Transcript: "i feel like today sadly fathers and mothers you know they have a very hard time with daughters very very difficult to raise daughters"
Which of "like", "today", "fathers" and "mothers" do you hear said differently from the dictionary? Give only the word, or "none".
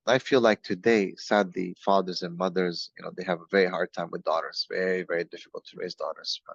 none